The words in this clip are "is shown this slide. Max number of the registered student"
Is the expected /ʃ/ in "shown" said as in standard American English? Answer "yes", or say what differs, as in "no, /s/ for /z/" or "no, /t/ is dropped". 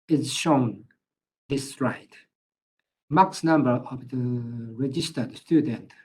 yes